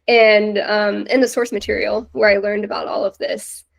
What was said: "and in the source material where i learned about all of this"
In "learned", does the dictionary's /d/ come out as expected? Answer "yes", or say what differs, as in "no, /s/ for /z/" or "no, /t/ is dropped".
yes